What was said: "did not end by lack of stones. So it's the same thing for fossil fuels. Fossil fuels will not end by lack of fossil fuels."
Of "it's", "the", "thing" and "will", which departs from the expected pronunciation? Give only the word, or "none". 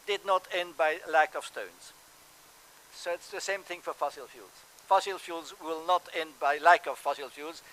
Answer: none